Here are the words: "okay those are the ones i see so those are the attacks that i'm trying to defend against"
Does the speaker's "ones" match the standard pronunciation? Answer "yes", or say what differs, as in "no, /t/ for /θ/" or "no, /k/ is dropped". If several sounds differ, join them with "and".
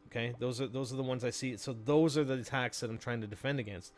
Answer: yes